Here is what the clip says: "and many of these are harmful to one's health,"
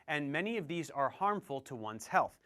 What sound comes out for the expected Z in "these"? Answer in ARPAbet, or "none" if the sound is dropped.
Z